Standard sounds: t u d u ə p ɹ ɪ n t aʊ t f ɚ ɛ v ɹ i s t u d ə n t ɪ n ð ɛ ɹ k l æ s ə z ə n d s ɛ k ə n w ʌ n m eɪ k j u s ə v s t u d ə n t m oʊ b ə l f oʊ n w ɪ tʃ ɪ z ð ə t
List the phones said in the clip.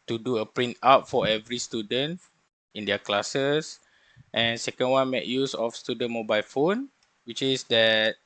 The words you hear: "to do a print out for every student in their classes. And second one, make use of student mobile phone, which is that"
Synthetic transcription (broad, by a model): t u d u ə p ɹ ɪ n t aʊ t f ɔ ɛ v ɹ i s t u d ə n t ɪ n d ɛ k l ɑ s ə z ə n s ɛ k ə n w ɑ n m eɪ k j u s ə f s t u d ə n m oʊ b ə l f oʊ n w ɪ tʃ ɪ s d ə t